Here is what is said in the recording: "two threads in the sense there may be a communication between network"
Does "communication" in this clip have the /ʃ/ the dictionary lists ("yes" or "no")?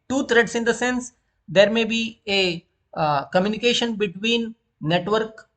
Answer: yes